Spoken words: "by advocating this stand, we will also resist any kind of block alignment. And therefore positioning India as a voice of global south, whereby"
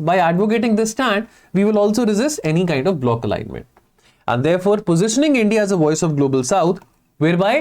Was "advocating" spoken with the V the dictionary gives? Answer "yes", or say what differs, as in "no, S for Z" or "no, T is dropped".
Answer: yes